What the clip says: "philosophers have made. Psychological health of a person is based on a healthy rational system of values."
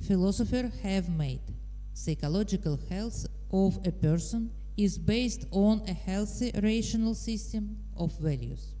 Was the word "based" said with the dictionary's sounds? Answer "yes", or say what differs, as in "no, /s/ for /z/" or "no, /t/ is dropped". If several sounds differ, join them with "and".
yes